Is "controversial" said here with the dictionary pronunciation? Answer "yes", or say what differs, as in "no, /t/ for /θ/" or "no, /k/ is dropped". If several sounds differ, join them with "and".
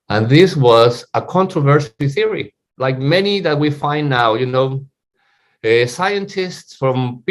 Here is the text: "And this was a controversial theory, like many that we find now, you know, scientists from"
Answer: no, /s/ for /ʃ/